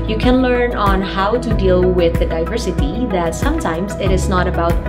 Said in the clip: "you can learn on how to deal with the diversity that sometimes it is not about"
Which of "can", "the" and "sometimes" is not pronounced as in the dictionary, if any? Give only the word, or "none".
none